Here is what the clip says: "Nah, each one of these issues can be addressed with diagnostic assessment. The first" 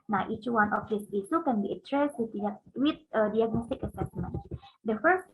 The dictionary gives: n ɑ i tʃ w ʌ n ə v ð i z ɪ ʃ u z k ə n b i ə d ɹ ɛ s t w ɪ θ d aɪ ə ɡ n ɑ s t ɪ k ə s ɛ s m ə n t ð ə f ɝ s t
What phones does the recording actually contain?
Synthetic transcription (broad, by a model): n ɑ i tʃ w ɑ n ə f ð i s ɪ s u k ə n b i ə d ɹ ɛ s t w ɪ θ d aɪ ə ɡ n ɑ s t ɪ k ə s ɛ s m ə n t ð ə f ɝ s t